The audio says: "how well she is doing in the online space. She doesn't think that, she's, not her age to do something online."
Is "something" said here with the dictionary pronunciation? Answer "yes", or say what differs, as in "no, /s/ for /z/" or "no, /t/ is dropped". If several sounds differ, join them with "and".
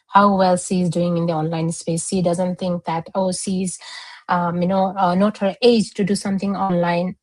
no, /t/ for /θ/